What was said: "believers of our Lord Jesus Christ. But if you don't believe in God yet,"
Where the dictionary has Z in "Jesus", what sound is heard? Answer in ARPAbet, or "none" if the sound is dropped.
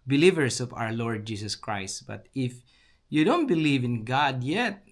S